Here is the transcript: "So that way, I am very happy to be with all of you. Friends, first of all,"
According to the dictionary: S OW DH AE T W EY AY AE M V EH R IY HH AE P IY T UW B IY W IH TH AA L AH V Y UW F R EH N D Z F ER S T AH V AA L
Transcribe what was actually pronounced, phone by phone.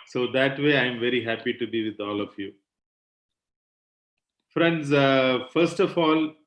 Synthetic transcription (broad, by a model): S OW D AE T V EY AY M V EH R IY HH AE P IY T UW B IY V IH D AA L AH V Y UW F R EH N D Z F ER S T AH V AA L